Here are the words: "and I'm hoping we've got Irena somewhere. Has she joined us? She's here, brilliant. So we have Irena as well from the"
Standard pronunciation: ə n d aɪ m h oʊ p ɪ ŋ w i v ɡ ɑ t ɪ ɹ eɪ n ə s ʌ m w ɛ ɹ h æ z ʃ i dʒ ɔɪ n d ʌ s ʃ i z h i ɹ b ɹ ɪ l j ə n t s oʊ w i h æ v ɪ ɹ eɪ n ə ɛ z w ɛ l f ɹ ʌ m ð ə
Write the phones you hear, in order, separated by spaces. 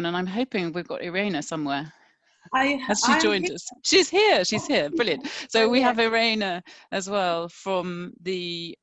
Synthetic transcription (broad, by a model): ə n aɪ m h oʊ p ɪ ŋ w i v ɡ ɑ t ɪ ɹ eɪ n ə s ʌ m w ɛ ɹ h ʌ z ʃ i dʒ ɔɪ n d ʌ s ʃ i z h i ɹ b ɹ ɪ l j ə n t s oʊ w i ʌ v ɪ ɹ eɪ n ə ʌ z w ɛ l f ɹ ʌ m ð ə